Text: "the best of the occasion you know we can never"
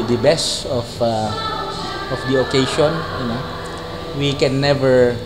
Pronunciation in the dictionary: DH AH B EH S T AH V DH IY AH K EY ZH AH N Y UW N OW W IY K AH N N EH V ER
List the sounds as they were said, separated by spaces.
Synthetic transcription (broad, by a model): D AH B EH S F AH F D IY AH K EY SH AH N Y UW N OW W IY K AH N N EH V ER